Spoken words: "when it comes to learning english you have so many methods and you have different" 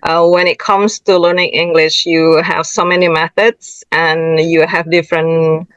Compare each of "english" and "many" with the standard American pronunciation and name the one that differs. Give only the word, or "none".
none